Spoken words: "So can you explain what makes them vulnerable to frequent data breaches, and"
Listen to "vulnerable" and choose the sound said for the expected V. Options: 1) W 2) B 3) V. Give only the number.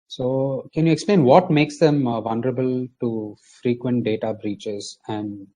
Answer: 3